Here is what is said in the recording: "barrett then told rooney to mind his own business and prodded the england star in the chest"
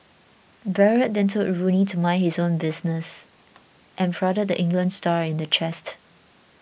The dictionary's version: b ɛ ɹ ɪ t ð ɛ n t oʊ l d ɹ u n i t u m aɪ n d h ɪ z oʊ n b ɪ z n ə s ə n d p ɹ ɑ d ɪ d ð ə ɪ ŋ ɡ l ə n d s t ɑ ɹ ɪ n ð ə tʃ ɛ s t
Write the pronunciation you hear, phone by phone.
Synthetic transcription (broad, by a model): b ɛ ɹ ɪ t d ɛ n t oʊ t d ɹ u n i t u m aɪ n h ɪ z oʊ n b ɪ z n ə s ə n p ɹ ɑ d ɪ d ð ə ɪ ŋ ɡ l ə n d s t ɑ ɹ ɪ n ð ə tʃ ɛ s t